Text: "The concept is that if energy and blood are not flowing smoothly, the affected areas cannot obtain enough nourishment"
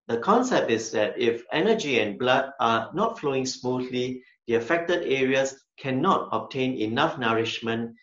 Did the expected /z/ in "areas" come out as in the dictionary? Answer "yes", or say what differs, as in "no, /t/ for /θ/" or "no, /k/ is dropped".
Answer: no, /s/ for /z/